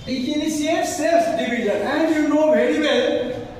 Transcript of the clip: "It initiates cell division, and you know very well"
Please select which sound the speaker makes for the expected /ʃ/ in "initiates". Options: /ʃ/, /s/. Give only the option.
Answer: /s/